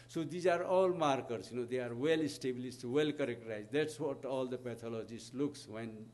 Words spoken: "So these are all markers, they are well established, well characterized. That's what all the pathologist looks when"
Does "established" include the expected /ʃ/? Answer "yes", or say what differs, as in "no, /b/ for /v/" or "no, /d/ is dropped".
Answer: no, /s/ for /ʃ/